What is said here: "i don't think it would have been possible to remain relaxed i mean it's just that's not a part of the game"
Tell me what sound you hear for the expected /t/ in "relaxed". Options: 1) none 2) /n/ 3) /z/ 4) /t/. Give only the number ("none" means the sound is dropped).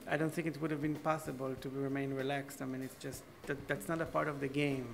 4